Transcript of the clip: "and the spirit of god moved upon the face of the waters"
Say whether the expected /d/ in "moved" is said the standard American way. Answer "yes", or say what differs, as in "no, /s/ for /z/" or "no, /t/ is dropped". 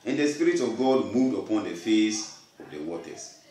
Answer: yes